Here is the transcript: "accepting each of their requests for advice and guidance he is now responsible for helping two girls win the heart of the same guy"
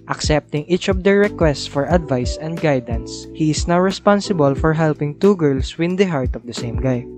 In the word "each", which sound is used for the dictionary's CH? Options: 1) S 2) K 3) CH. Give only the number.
3